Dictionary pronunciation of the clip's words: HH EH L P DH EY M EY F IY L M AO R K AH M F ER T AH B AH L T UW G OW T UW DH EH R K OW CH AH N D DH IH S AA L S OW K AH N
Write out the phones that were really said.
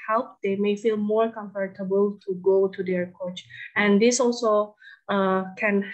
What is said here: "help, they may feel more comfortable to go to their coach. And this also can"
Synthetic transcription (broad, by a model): HH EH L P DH EY M EY F IY L M AO R K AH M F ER T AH B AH L T UW G OW T UW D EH R K OW CH AH N D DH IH S AA L S OW K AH N